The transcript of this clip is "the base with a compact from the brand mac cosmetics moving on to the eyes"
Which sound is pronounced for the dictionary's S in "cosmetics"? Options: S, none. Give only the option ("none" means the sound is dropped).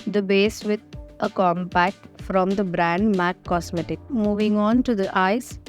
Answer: none